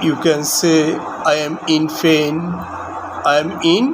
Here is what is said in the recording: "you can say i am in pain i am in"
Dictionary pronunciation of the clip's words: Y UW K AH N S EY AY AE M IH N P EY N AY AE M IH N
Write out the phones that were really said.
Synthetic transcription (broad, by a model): Y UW K AH N S EY AY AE M IH N F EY N AY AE M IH N